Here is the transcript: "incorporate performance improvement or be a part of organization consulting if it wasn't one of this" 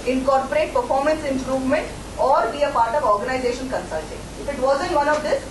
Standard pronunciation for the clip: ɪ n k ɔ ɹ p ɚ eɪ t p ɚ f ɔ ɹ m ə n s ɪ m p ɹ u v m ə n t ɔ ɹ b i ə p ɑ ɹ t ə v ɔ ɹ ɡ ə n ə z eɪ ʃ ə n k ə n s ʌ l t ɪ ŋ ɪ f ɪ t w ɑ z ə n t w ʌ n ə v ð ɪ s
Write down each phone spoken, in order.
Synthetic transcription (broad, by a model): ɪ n k ɔ ɹ p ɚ eɪ t p ɚ f ɔ ɹ m ə n s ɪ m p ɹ u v m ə n t ɔ ɹ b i ə p ɑ ɹ t ə v ɔ ɹ ɡ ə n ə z eɪ ʃ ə n k ə n s ʌ l t ɪ ŋ ɪ f ɪ t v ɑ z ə n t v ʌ n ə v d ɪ s